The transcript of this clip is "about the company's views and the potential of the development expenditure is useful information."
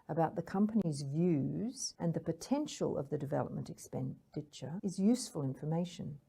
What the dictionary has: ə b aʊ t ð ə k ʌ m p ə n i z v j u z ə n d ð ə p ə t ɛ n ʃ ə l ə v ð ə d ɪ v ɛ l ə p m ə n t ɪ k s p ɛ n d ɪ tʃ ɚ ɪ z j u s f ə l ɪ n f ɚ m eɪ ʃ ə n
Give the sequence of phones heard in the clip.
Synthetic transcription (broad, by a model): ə b aʊ t ð ə k ʌ m p ə n i z v j u z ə n ð ə p ə t ɛ n ʃ ə l ə v ð ə d ɪ v ɛ l ə p m ə n t ɪ k s p ɛ n d ɪ tʃ ɚ ɪ z j u s f ə l ɪ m f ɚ m eɪ ʃ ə n